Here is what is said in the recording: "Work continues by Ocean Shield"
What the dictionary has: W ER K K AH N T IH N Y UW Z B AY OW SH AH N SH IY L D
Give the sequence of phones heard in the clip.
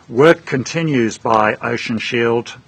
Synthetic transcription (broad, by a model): W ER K K AH N T IH N Y UW Z B AY OW SH AH N SH IY L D